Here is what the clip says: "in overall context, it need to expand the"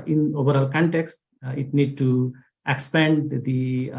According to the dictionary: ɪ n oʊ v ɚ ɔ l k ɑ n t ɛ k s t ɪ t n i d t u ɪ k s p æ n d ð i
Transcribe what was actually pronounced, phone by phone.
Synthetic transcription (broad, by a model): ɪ n oʊ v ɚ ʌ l k ɑ n t ɛ k s t ɪ t n i d t u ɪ k s p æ n d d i